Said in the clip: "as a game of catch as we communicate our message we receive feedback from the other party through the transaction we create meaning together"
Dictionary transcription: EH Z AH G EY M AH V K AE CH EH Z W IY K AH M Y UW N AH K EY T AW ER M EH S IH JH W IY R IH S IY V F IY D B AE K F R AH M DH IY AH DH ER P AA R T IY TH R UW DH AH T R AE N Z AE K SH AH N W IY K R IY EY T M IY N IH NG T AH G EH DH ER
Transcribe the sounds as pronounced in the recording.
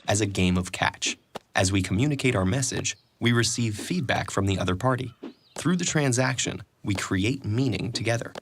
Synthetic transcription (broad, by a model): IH Z AH G EY M AH V K AE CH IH Z W IY K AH M Y UW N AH K EY T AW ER M EH S IH JH W IY R IH S IY V F IY D B AE K F R AH M DH IY AH DH ER P AA R T IY TH R UW DH AH T R AE N Z AE K SH AH N W IY K R IY EY T M IY N IH NG T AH G EH DH ER